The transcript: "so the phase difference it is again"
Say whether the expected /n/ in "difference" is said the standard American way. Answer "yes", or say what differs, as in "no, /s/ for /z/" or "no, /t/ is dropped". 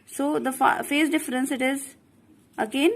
yes